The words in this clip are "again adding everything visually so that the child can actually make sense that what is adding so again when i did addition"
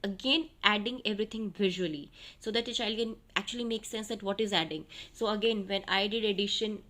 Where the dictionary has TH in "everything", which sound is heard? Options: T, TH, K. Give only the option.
T